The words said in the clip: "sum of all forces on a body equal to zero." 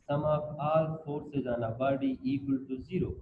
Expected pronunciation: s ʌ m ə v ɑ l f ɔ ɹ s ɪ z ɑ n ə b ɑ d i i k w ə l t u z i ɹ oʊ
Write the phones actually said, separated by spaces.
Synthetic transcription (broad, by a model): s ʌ m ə p ɑ l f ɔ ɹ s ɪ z ɑ n ə b ɑ d i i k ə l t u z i ɹ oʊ